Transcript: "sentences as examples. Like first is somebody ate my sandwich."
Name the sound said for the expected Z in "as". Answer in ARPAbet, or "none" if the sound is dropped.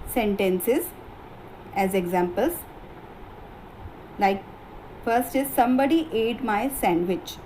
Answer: Z